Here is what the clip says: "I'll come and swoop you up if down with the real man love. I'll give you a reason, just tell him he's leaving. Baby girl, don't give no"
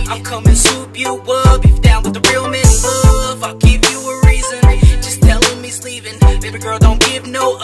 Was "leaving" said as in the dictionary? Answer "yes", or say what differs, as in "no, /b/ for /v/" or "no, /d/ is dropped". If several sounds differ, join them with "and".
no, /p/ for /v/